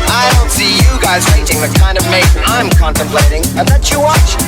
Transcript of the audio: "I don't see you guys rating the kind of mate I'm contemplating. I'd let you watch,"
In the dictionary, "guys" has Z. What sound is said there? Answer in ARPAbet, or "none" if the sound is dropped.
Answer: Z